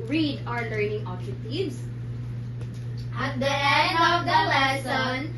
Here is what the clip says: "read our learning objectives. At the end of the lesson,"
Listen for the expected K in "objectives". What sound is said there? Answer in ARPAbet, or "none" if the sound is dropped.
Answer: none